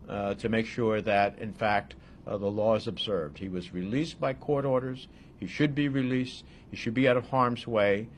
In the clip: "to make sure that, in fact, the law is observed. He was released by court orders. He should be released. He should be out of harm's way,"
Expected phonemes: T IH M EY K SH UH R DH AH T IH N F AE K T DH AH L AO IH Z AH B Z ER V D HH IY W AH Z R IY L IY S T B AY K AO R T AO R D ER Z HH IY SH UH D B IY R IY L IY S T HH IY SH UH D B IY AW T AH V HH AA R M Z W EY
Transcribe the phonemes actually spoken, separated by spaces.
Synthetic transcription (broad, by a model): T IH M EY K SH UH R DH AH T IH N F AE K T DH AH L AO IH Z AH B Z ER V D HH IY W AH Z R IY L IY S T B AY K AO R T AO R D ER Z HH IY SH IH D B IY R IY L IY S T HH IY SH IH D B IY AW T AH V HH AA R M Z W EY